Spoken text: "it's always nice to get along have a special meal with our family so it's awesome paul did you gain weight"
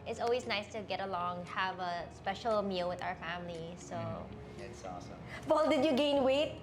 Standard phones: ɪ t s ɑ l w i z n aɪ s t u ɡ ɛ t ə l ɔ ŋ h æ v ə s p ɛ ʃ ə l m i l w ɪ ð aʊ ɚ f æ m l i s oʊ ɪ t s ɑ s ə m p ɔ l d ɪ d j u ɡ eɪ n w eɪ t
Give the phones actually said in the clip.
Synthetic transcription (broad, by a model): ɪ t s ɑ l w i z n aɪ s t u ɡ ɛ t ə l ɔ ŋ h æ v ə s p ɛ ʃ ə l m i l w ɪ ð aʊ ɚ f æ m l i s oʊ ɪ t s ɑ s ə m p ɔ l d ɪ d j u ɡ eɪ n w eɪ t